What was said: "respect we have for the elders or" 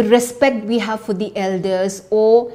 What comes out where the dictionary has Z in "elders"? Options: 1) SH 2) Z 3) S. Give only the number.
3